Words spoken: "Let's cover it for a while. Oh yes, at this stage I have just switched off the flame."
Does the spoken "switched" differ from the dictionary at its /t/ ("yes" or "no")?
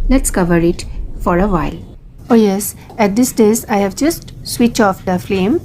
yes